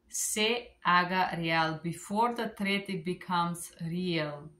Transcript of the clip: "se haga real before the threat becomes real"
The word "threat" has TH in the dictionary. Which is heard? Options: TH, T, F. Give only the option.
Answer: T